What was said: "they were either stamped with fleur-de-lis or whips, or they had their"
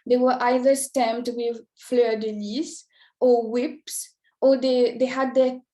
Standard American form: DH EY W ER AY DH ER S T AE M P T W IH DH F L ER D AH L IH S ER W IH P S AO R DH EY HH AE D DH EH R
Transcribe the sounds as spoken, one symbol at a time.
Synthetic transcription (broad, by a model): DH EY W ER AY DH ER S T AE M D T W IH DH F L ER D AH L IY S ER W IH P S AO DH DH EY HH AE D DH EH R